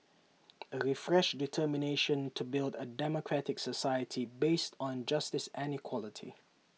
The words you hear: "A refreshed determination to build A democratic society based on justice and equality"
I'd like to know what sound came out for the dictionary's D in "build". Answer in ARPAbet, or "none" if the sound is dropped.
D